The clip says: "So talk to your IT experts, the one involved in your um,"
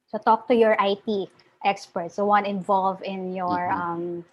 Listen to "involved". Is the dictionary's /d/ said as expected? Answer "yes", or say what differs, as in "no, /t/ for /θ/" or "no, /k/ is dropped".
no, /d/ is dropped